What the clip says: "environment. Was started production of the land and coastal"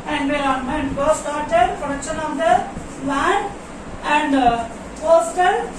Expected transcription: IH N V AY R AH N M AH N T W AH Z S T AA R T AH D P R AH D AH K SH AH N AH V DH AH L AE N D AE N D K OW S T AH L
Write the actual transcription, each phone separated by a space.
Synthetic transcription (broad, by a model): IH N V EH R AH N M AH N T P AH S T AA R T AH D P R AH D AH K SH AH N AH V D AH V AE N AE N D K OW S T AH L